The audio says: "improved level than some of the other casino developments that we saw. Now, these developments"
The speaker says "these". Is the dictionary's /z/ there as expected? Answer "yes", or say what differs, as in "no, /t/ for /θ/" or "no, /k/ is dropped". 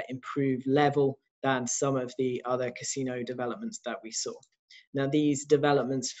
yes